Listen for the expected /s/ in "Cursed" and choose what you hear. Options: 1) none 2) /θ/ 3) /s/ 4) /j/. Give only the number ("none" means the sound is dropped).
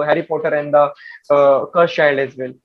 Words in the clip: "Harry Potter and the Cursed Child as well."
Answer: 1